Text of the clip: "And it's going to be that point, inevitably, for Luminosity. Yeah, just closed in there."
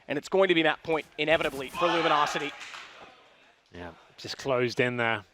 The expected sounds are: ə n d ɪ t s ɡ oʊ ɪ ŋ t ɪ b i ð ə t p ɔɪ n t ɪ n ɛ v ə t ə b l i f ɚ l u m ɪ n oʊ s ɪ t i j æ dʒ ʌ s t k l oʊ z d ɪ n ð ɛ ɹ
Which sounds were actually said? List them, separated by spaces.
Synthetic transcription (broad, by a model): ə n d ɪ t s ɡ oʊ ɪ ŋ t ɪ b i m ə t p ɔɪ n t ɪ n ɛ v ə t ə b l i f ɚ l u m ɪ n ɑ s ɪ t i j æ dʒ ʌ s k l oʊ z d ɪ n ð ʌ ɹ